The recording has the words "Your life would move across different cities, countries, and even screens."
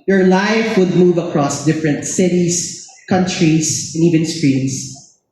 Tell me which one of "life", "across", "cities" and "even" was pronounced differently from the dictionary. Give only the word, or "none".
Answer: cities